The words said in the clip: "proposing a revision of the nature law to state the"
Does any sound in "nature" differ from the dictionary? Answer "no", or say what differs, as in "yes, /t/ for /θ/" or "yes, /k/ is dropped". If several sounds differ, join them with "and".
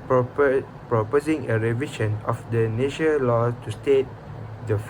yes, /ʃ/ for /tʃ/